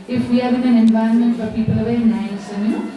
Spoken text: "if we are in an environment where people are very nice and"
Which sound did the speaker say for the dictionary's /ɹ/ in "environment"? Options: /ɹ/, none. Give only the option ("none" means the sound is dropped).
none